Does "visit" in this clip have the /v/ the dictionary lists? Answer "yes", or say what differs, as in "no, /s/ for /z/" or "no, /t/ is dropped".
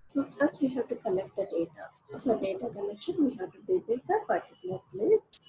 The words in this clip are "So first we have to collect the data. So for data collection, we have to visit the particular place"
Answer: no, /b/ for /v/